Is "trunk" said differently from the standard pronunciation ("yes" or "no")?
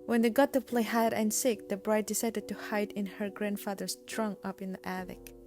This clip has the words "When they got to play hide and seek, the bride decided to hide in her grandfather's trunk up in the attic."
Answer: yes